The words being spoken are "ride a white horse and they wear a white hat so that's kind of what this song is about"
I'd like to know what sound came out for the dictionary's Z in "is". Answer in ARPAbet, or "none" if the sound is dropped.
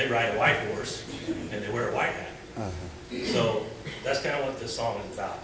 Z